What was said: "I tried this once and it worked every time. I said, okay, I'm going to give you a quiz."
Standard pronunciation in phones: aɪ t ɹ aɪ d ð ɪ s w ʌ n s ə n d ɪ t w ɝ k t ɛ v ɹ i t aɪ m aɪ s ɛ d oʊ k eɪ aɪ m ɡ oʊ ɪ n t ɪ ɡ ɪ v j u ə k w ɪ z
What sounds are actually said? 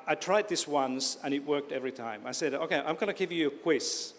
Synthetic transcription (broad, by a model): aɪ t ɹ aɪ d ð ɪ s w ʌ n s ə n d ɪ t w ɝ k t ɛ v ɹ i t aɪ m aɪ s ɛ d oʊ k eɪ aɪ m ɡ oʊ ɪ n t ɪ ɡ ɪ v j ə k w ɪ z